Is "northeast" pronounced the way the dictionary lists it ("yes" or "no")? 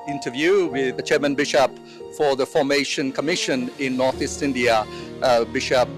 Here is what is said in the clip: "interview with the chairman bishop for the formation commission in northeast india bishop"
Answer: yes